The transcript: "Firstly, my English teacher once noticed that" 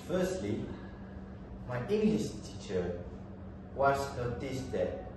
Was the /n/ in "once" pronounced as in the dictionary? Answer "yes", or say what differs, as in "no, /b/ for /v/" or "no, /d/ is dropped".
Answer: no, /n/ is dropped